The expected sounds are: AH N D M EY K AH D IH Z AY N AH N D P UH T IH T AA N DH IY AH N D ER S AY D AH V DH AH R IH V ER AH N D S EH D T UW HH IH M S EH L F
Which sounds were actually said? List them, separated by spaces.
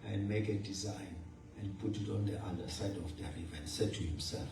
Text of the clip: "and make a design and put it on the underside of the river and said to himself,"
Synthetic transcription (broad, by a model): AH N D M EY K AH D IH Z AY N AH N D P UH T IH T AA N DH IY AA D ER S AY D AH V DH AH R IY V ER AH N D S EH D T UW HH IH M S EH L F